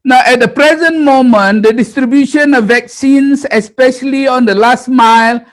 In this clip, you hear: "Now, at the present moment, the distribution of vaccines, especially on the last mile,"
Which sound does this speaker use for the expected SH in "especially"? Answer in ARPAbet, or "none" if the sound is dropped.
SH